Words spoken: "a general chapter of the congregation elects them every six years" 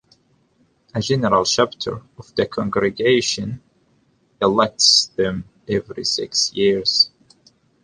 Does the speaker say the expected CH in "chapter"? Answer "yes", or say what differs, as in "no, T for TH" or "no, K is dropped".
no, SH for CH